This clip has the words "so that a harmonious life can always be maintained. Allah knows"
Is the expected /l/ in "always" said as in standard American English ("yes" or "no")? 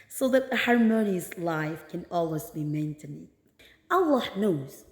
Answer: yes